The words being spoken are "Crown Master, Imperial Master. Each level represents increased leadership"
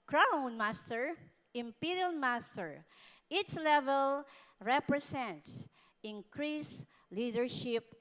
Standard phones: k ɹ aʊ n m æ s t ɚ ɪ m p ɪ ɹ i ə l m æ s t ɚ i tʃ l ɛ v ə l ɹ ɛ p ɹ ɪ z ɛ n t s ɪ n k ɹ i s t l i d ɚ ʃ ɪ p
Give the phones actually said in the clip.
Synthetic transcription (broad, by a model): k ɹ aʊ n m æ s t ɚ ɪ m p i ɹ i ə l m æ s t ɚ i s l ɛ v ə l ɹ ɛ p ɹ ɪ s ɛ n t s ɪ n k ɹ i s l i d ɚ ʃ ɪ p